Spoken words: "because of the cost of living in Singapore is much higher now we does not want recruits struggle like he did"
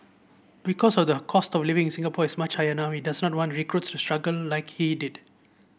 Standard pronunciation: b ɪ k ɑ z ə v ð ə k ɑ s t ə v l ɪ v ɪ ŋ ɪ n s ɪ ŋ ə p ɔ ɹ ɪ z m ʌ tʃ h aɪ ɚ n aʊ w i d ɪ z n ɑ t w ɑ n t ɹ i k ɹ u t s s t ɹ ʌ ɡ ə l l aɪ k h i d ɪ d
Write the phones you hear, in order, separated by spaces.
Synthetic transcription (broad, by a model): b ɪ k ɑ s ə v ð ə k ɑ s t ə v l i v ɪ ŋ s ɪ ŋ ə p ɔ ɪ s m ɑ tʃ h aɪ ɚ n aʊ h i d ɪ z n ɑ t w ɑ n t ɹ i k ɹ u t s s t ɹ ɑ ɡ ə l l aɪ k h i d ɪ d